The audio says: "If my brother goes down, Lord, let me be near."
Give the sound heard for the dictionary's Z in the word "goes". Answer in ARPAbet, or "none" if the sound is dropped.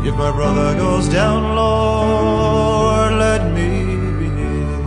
Z